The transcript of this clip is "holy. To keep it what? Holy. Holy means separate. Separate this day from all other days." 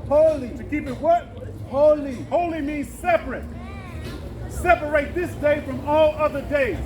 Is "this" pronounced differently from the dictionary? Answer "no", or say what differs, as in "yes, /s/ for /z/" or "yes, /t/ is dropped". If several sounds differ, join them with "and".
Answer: no